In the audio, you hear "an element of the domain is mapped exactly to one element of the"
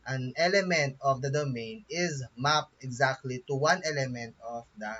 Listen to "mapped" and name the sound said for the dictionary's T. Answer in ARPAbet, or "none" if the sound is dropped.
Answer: none